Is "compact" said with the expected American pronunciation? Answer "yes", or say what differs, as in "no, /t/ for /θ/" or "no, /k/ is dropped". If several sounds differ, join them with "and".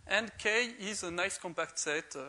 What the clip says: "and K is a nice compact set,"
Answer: yes